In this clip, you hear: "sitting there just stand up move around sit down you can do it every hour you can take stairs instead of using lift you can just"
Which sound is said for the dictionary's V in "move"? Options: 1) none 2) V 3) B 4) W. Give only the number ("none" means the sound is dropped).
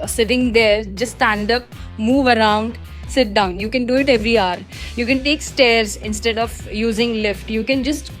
2